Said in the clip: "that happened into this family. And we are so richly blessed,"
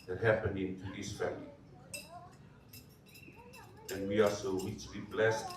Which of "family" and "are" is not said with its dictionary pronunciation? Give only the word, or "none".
are